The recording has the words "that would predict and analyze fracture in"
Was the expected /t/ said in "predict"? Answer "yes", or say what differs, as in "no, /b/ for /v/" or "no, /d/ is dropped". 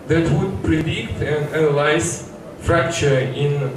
yes